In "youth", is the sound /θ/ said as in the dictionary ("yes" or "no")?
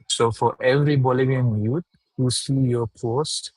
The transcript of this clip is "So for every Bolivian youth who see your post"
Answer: no